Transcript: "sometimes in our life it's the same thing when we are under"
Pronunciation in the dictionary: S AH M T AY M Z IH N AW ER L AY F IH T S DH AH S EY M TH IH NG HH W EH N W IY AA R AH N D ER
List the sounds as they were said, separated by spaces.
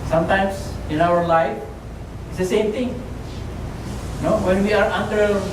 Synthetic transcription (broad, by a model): S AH M T AY M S IH N AW ER L AY F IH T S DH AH S EY M T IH NG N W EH N W IY AA R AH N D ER